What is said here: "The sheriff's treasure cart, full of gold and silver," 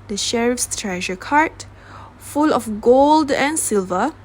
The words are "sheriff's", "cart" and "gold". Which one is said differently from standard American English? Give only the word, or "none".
none